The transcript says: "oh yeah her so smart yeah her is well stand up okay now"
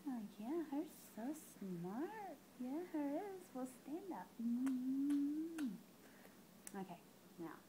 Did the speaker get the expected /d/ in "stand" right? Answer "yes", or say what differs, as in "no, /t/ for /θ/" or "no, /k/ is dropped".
yes